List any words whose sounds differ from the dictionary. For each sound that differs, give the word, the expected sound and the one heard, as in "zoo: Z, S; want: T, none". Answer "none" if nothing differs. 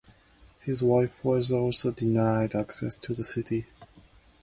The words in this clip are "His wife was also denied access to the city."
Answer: none